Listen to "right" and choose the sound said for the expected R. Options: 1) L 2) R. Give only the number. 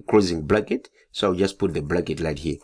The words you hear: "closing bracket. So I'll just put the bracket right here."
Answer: 1